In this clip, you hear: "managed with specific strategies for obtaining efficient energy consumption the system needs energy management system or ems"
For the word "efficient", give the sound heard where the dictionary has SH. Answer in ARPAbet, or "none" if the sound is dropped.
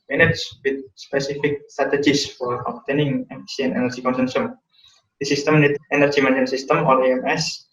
none